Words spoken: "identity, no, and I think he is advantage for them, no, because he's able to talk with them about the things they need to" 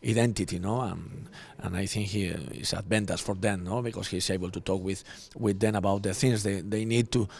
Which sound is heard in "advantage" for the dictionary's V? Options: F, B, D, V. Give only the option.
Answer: B